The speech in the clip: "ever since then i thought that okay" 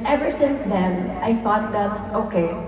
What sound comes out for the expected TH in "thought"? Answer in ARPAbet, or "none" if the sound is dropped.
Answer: F